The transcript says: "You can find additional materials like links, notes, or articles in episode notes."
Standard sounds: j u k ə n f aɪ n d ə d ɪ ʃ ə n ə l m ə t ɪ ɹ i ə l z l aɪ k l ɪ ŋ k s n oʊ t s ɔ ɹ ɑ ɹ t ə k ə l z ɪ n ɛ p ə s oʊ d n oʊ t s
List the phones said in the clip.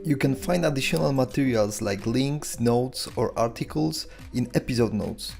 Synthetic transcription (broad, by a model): j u k ə n f aɪ n d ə d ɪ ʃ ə n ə l m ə t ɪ ɹ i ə l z l aɪ k l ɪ ŋ k s n oʊ t s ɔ ɹ ɑ ɹ t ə k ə l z ɪ n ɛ p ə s oʊ d n oʊ t s